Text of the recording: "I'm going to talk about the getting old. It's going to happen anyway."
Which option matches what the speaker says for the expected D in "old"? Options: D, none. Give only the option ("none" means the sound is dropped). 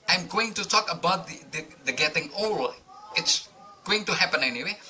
none